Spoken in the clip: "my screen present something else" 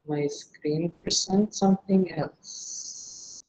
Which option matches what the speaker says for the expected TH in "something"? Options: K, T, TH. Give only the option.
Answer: TH